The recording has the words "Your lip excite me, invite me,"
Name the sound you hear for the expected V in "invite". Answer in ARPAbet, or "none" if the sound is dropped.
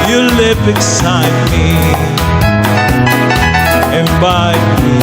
B